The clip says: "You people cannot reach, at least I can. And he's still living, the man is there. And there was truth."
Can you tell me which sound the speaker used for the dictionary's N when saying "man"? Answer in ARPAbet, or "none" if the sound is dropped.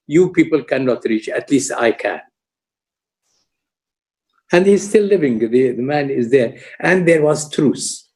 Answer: N